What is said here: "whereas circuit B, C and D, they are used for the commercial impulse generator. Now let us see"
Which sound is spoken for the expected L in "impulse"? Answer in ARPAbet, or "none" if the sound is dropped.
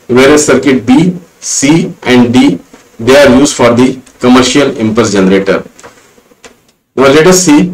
none